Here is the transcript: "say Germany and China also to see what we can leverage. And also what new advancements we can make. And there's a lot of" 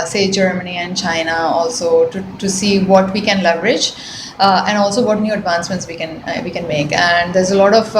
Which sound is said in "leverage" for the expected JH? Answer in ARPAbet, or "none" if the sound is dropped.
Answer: JH